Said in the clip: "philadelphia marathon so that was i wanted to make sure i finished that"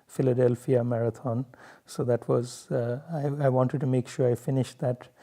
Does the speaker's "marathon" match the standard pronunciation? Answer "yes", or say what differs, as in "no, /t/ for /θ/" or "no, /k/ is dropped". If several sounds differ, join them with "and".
no, /t/ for /θ/